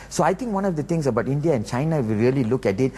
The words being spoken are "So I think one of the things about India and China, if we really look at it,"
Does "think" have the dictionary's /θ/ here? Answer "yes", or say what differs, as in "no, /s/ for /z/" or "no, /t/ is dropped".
no, /t/ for /θ/